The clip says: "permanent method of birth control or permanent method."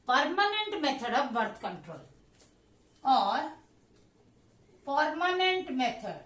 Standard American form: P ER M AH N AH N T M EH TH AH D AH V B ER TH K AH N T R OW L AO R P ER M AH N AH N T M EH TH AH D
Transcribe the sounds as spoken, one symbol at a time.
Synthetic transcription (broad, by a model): P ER M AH N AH N T M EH T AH D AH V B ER T K AH N T R OW L AO R P ER M AH N AH N T M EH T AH D